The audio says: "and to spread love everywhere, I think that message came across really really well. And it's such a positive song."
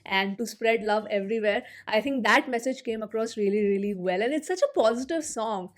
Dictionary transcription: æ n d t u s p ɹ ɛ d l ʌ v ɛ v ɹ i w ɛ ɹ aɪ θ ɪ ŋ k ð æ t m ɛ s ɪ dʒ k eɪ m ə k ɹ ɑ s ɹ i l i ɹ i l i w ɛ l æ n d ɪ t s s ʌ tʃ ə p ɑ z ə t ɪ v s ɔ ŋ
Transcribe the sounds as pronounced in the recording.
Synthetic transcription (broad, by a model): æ n d t u s p ɹ ɛ d l ʌ v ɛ v ɹ i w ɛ ɹ aɪ t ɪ ŋ k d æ t m ɛ s ɪ dʒ k eɪ m ə k ɹ ɑ s ɹ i l i ɹ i l i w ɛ l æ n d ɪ t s s ʌ tʃ ə p ɑ z ə t ɪ v s ɔ ŋ